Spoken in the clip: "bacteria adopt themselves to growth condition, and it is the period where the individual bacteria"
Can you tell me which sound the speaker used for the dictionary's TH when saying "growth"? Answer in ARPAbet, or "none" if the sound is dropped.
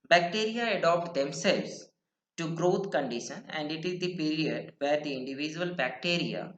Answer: T